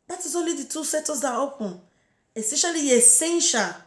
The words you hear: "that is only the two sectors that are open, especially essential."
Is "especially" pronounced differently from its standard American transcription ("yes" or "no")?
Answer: yes